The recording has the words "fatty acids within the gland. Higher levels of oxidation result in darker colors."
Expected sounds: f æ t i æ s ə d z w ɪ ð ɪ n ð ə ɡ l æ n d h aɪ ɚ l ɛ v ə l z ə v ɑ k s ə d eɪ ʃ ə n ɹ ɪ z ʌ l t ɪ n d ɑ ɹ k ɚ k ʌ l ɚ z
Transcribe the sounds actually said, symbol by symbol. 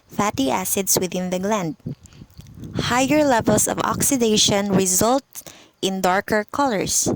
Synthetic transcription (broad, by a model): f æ t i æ s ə d s w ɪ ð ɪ n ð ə ɡ l æ n d h aɪ ɚ l ɛ v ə l s ə v ɑ k s ə d eɪ ʃ ə n ɹ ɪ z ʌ l t ɪ n d ɑ ɹ k ɚ k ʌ l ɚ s